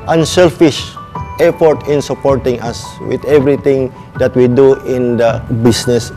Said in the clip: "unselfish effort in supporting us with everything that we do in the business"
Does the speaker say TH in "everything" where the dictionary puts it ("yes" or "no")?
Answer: no